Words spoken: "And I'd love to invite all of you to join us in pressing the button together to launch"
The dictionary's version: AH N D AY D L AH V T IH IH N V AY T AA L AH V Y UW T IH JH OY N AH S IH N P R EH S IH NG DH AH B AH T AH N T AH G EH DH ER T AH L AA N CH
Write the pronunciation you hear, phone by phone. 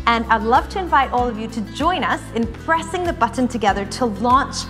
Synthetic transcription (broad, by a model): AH N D AY L AH V T IH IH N V AY T AA L AH V Y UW T IH JH OY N AH S IH N P R EH S IH NG DH AH B AH T N T AH G EH DH ER T AH L AA N CH